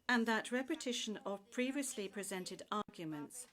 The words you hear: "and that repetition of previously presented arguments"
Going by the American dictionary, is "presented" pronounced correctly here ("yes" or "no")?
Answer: yes